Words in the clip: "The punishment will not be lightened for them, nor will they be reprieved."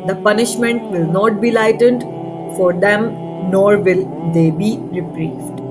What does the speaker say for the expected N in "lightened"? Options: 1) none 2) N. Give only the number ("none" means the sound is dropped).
2